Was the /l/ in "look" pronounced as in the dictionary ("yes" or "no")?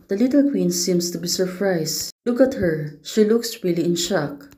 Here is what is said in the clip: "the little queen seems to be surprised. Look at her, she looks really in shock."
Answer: yes